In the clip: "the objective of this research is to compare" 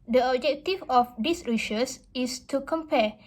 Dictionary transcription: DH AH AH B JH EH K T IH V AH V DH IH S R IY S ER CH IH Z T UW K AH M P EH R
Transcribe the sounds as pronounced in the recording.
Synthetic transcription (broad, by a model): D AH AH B JH EH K T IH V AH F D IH S R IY SH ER S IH S T UW K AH M P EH